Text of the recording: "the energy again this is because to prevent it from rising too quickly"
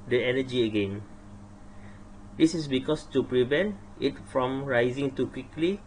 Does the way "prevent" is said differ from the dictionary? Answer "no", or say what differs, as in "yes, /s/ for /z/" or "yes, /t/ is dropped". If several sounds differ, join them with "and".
no